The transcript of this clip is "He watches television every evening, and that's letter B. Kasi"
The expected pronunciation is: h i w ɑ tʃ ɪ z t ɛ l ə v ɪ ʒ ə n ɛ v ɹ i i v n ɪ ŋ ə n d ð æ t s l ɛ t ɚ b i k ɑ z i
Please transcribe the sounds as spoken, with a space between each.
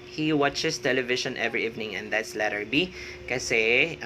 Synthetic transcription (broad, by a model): h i w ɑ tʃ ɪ s t ɛ l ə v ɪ ʃ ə n ɛ v ɹ i i v n ɪ ŋ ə n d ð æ t s l ɛ t ɚ b i k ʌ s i